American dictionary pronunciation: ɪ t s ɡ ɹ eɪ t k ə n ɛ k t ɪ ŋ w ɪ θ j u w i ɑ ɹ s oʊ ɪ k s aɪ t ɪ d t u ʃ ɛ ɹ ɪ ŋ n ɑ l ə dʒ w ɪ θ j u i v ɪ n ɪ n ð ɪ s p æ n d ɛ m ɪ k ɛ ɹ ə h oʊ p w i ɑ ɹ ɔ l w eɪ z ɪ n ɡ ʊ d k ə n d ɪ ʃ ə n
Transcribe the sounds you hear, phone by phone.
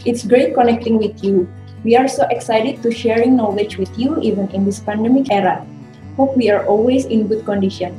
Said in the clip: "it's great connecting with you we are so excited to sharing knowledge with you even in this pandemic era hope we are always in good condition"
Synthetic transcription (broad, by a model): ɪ t s ɡ ɹ eɪ t k ə n ɛ k t ɪ ŋ w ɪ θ j u w i ɑ ɹ s oʊ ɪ k s aɪ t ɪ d t u ʃ ɛ ɹ ɪ ŋ n ɑ l ə dʒ w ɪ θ j u i v ɪ n ɪ n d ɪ s p æ n d ɛ m ɪ k ɛ ɹ ə h oʊ p w i ɑ ɹ ɔ l w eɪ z ɪ n ɡ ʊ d k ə n d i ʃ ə n